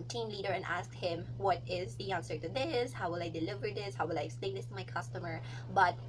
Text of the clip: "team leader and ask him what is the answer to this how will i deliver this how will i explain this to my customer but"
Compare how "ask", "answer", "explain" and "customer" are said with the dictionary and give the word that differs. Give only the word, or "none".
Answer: explain